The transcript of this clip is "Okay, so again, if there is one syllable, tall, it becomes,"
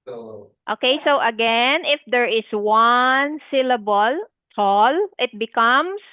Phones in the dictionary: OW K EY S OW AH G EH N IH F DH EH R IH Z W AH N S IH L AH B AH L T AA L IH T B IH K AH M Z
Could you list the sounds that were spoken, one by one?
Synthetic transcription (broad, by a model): OW K EY S OW AH G EH N IH F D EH R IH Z W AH N S IH L AH B AH L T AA L IH T B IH K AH M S